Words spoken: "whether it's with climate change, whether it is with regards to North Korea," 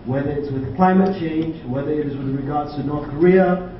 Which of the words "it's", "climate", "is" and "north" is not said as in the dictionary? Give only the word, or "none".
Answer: none